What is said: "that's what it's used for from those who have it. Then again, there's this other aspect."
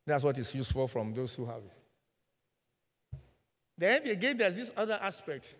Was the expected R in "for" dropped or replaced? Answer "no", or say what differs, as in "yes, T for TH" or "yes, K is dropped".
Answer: yes, L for R